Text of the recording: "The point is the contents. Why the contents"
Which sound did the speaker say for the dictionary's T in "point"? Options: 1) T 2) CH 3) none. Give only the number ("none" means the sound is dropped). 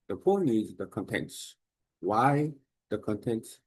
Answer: 3